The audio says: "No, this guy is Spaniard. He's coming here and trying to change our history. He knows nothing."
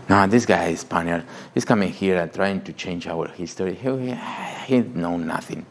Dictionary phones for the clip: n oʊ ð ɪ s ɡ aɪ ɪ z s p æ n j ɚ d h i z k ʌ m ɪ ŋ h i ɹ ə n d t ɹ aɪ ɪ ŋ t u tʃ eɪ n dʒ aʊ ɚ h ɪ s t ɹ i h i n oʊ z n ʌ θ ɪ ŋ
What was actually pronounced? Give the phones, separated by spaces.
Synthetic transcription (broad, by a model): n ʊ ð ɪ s ɡ aɪ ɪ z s p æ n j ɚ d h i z k ʌ m ɪ ŋ h i ɹ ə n t ɹ aɪ ɪ ŋ t u tʃ eɪ n dʒ aʊ ɚ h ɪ s t ɹ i h i n oʊ n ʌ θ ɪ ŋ